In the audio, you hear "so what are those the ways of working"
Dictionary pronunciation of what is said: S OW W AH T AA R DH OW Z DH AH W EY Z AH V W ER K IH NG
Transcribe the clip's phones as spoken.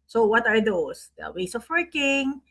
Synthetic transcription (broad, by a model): S OW W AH T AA R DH OW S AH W EY S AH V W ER K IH NG